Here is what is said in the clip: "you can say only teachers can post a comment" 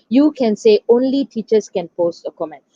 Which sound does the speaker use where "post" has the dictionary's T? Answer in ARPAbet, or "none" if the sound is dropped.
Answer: T